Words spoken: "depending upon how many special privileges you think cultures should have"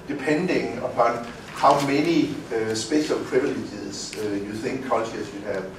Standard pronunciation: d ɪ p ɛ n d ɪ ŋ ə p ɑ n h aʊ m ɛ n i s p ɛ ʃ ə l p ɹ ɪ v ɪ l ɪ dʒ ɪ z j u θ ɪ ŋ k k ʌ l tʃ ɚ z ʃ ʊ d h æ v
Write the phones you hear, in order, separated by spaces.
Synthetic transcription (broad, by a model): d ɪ p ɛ n d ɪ ŋ ə p ɑ n h aʊ m ɛ n i s b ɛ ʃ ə l p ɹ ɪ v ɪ l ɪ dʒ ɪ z j u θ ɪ ŋ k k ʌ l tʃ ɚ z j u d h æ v